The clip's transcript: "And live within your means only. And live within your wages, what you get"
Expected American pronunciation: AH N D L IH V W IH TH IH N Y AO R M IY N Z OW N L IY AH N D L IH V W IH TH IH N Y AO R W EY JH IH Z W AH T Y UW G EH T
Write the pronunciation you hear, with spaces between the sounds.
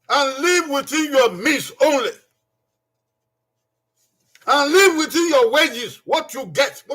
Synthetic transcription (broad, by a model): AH N L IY V W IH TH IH N Y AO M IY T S OW N L IY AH N L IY V W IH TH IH N Y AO W EY JH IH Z W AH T Y UW G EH T